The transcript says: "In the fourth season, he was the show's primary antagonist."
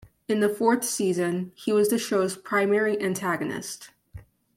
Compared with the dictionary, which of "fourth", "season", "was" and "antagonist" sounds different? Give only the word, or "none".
none